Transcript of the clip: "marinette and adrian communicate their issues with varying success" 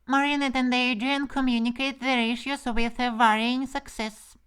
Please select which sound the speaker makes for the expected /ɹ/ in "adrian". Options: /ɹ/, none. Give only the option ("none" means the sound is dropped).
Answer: none